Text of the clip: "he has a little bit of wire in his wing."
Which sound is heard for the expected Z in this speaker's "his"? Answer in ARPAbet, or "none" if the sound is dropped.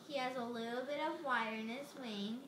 S